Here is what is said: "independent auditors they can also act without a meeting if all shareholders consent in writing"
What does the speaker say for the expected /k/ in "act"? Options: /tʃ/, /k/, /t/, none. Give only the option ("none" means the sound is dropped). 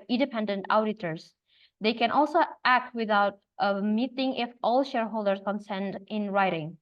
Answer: /k/